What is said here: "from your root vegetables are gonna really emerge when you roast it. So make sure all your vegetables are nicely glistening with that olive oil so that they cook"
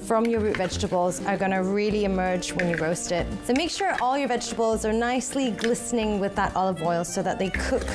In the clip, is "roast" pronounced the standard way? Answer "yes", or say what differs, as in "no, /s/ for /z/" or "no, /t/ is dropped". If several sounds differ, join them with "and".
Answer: yes